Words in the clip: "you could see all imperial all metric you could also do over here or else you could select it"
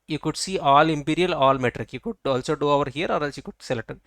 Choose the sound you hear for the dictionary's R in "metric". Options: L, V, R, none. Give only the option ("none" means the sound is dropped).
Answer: R